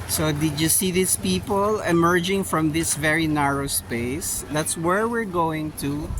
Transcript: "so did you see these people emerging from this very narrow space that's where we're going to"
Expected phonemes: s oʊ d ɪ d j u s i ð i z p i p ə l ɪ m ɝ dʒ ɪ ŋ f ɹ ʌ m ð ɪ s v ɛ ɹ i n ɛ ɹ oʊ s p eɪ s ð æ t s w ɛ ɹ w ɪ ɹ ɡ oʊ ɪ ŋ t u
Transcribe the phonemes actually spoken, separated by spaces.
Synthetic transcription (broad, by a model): s oʊ d ɪ d j u s i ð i s p i p ə l ɪ m ɝ dʒ ɪ ŋ f ɹ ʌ m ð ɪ s v ɛ ɹ i n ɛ ɹ oʊ s p eɪ s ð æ t s w ɛ ɹ w ɪ ɹ ɡ oʊ ɪ ŋ t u